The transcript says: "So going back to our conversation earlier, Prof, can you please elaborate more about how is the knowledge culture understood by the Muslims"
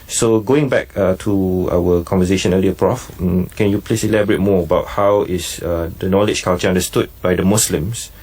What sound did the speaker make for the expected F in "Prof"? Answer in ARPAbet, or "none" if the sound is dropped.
F